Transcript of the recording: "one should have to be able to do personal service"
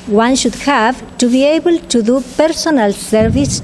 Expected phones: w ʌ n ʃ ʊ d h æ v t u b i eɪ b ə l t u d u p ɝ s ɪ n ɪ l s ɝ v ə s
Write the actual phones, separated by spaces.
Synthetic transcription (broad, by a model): w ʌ n ʃ ʊ d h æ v t u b i eɪ b ə l t u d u p ɝ s ɪ n ɪ l s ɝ v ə s